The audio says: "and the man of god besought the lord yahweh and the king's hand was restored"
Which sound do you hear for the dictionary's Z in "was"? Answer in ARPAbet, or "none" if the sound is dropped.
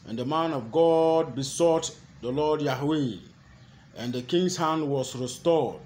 S